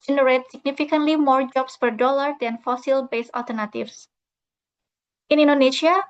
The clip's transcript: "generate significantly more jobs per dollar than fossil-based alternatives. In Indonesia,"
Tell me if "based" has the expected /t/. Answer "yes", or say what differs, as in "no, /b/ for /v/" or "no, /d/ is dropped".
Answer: no, /t/ is dropped